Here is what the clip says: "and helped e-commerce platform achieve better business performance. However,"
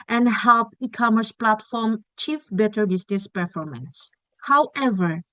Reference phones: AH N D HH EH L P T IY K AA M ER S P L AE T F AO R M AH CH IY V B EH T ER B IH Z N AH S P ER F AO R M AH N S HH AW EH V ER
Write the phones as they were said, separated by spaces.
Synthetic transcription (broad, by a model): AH N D HH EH L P IY K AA M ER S P L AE T F AO R M CH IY F B EH T ER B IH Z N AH S P ER F AO R M AH N S HH AW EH V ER